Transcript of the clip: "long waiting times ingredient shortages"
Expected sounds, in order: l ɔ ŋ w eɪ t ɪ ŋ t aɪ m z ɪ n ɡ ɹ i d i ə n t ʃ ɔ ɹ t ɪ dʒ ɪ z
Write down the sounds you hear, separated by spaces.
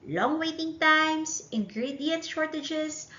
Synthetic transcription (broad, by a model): l ɔ ŋ w eɪ t ɪ ŋ t aɪ m s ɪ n ɡ ɹ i d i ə n t ʃ ɔ ɹ t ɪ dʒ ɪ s